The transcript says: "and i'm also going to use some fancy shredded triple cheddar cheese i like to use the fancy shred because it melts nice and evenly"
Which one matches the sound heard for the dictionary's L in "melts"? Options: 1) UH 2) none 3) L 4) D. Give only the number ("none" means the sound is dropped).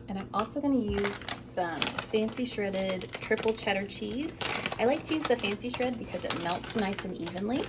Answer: 3